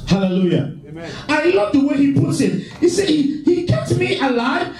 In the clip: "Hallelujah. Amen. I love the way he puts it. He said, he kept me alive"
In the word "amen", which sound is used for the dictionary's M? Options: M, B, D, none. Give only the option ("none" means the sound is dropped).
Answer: none